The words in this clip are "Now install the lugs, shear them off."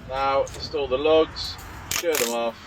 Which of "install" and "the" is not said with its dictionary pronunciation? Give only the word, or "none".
install